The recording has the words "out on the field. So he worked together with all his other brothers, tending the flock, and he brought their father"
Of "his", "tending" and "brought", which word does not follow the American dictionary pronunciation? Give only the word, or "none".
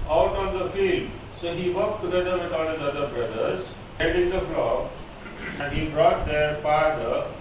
tending